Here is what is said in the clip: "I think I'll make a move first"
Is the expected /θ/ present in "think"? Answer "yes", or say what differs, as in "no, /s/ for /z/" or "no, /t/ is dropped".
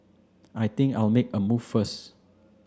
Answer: no, /t/ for /θ/